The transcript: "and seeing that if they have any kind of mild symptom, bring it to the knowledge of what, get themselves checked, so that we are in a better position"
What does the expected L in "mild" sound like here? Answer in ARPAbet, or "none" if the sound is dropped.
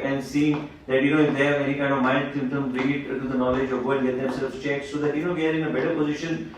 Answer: N